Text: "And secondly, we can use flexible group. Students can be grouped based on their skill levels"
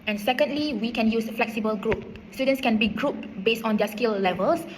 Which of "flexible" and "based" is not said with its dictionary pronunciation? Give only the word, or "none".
none